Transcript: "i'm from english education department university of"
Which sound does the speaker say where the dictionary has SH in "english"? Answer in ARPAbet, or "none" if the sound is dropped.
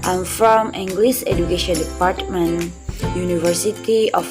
S